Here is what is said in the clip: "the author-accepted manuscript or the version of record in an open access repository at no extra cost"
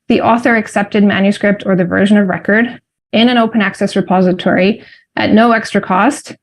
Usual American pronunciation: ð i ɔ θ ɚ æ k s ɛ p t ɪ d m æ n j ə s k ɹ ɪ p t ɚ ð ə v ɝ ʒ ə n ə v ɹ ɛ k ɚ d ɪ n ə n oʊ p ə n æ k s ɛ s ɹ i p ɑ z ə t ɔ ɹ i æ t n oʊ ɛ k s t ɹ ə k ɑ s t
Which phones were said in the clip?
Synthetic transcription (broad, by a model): ð i ɔ θ ɚ æ k s ɛ p t ɪ d m æ n j ə s k ɹ ɪ p t ɚ ð ə v ɝ ʒ ə n ə v ɹ ɛ k ɚ d ɪ n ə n oʊ p ə n æ k s ɛ s ɹ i p ɑ z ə t ɔ ɹ i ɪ t n oʊ ɛ k s t ɹ ə k ɑ s t